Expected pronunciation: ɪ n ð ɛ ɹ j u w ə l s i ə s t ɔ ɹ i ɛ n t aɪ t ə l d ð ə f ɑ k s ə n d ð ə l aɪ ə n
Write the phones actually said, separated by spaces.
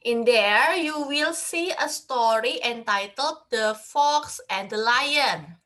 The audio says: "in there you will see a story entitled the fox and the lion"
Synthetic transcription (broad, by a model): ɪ n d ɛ ɹ j u w ə l s i ə s t ɔ ɹ i ɛ n t aɪ t ə l d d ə f ɑ k s ə n d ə l aɪ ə n